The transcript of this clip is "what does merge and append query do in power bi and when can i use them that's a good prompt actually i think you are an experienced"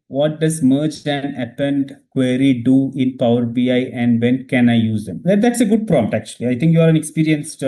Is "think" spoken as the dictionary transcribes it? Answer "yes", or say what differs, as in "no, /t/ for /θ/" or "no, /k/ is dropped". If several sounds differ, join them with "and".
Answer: no, /t/ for /θ/